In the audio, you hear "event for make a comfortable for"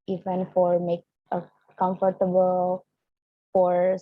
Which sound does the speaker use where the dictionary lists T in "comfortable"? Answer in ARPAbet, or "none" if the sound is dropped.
T